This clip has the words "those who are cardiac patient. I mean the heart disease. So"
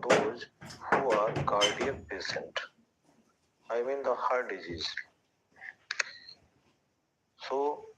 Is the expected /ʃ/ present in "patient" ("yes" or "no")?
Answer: no